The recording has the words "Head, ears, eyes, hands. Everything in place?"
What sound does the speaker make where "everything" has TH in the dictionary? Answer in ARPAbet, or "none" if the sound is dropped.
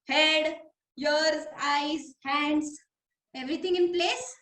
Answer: T